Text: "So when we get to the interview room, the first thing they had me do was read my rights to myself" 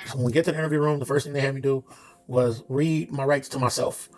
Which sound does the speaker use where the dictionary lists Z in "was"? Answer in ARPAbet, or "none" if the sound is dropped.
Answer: Z